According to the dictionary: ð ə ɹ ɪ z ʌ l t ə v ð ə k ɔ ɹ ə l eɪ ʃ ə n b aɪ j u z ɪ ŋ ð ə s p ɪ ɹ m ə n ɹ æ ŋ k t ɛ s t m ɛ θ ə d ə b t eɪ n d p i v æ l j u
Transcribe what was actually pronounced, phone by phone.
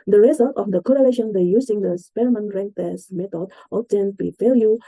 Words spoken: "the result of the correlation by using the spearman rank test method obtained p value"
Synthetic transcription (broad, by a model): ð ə ɹ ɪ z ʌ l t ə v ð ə k ɔ ɹ ə l eɪ ʃ ə n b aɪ j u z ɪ ŋ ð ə s p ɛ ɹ m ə n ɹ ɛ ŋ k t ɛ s m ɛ t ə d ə t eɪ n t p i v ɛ l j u